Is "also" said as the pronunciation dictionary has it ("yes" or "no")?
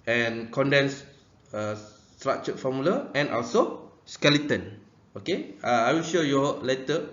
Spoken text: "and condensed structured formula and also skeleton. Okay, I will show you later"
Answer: yes